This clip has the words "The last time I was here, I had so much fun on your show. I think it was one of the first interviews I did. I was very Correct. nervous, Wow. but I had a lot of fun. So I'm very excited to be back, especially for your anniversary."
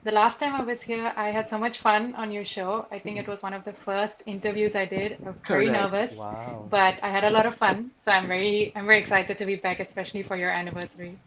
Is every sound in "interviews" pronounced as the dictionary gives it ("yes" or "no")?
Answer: yes